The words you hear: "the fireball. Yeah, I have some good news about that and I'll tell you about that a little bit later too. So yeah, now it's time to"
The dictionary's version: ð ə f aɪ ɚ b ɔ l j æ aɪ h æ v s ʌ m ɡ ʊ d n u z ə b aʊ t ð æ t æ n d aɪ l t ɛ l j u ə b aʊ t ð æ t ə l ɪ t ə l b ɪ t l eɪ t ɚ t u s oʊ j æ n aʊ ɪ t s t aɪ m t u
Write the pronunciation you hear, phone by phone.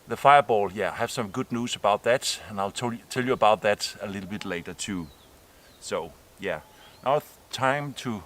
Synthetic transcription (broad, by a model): ð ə f aɪ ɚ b ɔ l j æ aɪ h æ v s ʌ m ɡ ʊ d n u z ə b aʊ t ð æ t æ n aɪ l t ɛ l j u ə b aʊ t ð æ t ə l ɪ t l b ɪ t l eɪ t ɚ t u s oʊ j æ n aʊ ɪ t t aɪ m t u